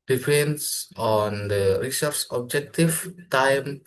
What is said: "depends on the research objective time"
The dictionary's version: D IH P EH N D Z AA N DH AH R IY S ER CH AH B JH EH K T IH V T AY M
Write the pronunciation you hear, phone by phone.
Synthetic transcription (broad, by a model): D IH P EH N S AA N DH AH R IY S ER S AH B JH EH K T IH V T AY M